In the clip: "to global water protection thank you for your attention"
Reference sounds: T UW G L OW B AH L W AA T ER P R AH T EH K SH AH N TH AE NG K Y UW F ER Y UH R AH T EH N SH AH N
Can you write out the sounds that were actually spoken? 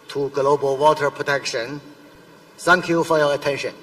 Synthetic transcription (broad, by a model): T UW G L OW B AH L W AA T ER P R AH T EH K SH AH N S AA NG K Y UW F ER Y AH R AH T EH N SH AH N